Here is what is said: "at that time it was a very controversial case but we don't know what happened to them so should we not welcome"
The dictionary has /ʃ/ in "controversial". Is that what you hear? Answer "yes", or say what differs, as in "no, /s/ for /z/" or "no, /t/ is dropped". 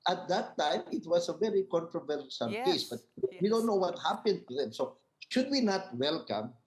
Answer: no, /s/ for /ʃ/